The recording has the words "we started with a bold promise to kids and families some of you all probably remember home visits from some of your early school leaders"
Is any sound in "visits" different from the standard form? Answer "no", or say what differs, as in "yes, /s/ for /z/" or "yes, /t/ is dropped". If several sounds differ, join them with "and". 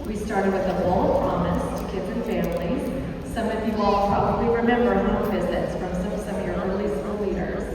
no